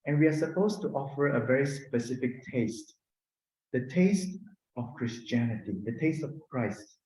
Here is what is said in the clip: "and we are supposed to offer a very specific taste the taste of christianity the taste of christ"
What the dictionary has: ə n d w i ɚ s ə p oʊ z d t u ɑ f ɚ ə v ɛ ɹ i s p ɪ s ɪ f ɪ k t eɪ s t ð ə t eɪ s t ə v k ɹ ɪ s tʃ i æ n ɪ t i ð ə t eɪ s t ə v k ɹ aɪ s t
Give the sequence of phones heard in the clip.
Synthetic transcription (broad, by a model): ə n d w i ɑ s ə p oʊ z t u ɑ f ɚ ə v ɛ ɹ i s p ɪ s ɪ f ɪ k t eɪ s t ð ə t eɪ s t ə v k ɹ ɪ s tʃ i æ n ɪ t i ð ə t eɪ s t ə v k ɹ aɪ s t